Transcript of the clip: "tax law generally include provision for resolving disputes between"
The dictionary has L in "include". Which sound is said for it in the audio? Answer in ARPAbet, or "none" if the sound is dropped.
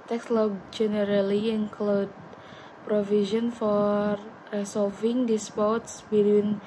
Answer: L